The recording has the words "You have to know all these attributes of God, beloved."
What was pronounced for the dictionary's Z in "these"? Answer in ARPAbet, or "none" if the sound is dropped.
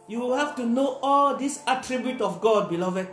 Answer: S